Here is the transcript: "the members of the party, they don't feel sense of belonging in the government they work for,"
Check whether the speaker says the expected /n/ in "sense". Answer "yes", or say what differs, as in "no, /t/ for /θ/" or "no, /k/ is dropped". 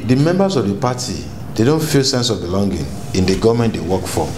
yes